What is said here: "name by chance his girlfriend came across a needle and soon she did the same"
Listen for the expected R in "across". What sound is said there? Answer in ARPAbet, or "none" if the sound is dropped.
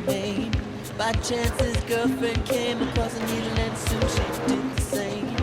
none